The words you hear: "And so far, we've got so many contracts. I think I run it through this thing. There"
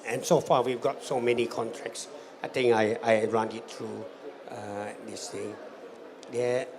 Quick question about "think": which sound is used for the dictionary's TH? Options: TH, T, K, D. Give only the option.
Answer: T